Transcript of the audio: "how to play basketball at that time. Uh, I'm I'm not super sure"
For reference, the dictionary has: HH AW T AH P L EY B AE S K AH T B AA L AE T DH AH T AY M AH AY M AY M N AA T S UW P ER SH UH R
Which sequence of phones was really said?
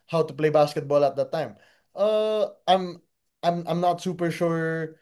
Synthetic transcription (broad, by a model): HH AW T AH P L EY B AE S K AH T B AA L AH T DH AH T AY M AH AY M AY M N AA T S UW P ER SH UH R